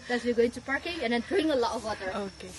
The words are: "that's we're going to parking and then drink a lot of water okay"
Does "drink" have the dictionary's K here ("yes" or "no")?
no